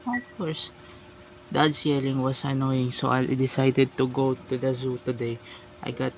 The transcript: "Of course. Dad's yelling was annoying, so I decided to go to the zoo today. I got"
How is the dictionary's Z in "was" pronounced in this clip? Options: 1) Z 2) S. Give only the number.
2